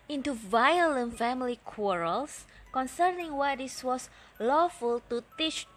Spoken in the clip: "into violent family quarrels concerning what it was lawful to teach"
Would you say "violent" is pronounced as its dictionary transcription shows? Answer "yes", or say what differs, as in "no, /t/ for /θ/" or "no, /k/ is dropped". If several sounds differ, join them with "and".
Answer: yes